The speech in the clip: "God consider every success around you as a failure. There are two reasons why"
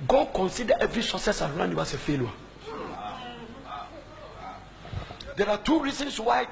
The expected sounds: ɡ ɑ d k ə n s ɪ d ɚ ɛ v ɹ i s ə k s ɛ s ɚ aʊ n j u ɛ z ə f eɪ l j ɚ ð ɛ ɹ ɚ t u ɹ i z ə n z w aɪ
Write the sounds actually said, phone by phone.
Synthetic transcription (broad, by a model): ɡ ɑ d k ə n s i d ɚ ɛ v ɹ i s ə k s ɛ s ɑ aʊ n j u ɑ s ə f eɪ l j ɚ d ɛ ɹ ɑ t u ɹ i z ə n s w aɪ